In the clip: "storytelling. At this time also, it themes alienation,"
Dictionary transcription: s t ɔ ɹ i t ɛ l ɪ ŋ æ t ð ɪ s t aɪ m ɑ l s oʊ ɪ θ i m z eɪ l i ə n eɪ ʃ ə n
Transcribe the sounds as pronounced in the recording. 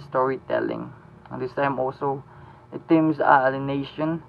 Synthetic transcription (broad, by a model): s t ɔ ɹ i t ɛ l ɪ ŋ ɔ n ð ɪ s t aɪ m ɑ l s oʊ ɪ t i m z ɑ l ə n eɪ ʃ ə n